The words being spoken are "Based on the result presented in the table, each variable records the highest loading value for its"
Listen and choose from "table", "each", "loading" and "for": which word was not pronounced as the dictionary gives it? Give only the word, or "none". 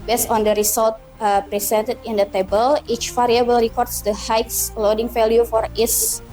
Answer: none